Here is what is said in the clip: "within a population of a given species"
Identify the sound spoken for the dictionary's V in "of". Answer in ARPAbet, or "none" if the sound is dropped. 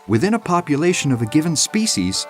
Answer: V